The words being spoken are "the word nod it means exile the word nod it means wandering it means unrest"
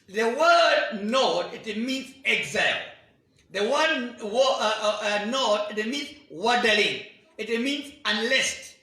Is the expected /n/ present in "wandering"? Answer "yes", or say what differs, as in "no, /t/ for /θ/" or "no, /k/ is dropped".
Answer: no, /n/ is dropped